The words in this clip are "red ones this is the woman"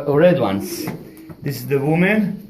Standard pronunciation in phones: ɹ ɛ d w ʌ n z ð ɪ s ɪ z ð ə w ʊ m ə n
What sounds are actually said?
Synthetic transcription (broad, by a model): ɹ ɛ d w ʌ n s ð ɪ s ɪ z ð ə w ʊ m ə n